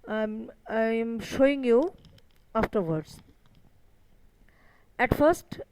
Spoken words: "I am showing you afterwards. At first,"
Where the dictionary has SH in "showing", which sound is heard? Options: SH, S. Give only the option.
SH